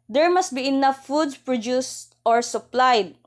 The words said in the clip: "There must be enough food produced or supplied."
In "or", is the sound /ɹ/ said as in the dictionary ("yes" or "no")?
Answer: yes